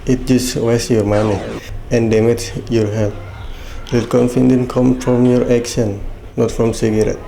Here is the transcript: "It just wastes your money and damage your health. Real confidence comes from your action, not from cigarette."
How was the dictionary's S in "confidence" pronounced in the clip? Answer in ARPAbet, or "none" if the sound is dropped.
none